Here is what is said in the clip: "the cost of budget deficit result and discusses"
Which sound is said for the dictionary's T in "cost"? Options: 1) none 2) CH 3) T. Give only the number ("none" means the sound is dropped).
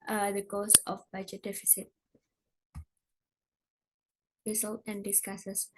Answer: 1